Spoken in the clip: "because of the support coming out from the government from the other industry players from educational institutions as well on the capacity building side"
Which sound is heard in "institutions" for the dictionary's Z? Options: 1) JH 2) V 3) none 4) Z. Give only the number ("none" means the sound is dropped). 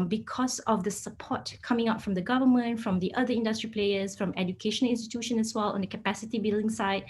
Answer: 3